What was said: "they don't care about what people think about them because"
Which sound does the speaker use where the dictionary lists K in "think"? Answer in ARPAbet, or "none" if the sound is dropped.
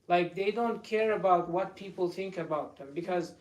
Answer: K